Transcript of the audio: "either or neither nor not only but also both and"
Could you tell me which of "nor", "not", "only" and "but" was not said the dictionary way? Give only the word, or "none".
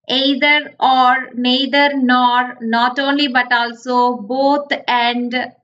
none